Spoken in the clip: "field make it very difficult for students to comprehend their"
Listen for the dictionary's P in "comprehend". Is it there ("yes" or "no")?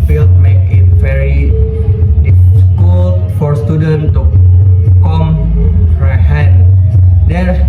no